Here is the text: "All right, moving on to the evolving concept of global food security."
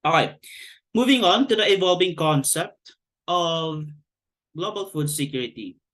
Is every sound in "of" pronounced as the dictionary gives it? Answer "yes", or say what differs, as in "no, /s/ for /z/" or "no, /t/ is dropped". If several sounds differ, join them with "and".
yes